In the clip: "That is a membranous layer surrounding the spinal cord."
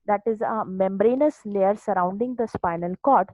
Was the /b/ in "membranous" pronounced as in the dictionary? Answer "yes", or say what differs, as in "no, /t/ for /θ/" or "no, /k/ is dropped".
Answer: yes